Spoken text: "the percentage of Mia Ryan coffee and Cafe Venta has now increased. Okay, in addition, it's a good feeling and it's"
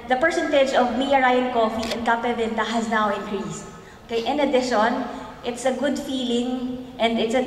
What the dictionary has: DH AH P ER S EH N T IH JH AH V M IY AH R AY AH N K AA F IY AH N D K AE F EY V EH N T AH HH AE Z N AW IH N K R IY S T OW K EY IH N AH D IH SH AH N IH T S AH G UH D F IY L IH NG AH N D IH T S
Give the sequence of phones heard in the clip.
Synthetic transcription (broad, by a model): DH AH P ER S EH N T IH JH AH V M IY AH R AY AH N K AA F IY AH N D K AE P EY V EH N T AH HH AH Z N AW IH N K R IY S T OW K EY IH N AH D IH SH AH N IH T S AH G UH D F IY L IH NG AH N D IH T S